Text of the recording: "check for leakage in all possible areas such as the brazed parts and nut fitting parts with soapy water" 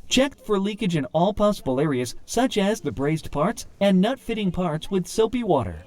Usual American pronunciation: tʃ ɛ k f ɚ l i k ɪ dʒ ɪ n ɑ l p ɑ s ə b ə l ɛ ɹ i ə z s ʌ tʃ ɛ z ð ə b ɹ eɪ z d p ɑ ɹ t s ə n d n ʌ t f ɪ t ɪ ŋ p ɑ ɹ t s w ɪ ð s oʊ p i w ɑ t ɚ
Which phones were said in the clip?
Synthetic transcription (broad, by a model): tʃ ɛ k f ɚ l i k ɪ dʒ ɪ n ɑ l p ɑ s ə b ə l ɛ ɹ i ə z s ʌ tʃ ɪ z ð ə b ɹ eɪ z d p ɑ ɹ t s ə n n ʌ t f ɪ t ɪ ŋ p ɑ ɹ t s w ɪ ð s oʊ p i w ɑ t ɚ